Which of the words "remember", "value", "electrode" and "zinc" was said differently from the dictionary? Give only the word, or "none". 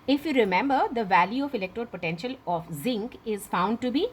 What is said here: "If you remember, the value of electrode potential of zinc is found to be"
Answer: none